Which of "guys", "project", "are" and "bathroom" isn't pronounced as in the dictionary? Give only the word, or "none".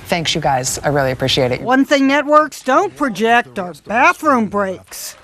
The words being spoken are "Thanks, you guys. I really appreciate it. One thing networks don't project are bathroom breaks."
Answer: none